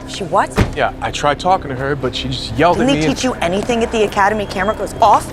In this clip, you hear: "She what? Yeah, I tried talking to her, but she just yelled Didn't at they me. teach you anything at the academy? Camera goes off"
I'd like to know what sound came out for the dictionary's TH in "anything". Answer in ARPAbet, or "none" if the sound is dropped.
TH